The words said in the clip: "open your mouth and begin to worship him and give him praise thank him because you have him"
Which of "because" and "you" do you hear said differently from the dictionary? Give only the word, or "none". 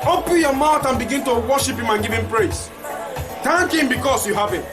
because